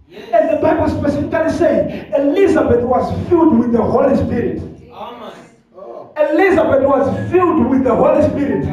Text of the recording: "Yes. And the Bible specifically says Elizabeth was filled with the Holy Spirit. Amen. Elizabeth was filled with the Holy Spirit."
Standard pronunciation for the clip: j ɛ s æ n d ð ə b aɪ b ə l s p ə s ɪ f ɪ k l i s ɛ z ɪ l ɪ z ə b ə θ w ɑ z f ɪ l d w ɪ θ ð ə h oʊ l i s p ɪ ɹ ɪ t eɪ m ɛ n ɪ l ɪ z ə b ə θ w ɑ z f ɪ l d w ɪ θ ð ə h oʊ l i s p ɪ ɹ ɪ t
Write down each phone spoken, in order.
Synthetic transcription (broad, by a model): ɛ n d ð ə b aɪ b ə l s p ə s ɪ f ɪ k l i s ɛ ɪ l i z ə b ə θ w ɑ z f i l d w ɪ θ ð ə h oʊ l i s p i ɹ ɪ t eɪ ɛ l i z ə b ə t w ɑ z f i l d w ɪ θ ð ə h oʊ l i s p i ɹ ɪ t